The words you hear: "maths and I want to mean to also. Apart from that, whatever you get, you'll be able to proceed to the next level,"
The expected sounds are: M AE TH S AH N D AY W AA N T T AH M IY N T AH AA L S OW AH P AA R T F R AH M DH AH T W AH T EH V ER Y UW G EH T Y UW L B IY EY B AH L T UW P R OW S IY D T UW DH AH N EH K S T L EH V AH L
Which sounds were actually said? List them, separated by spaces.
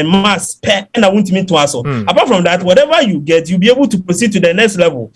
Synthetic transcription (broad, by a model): M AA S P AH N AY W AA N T T AH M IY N T AH AA S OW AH P AA T F R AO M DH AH T W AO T EH V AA Y UW G EH T Y UW L B IY EY B AH L T UW P R OW S IY D T UW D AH N EH K S T L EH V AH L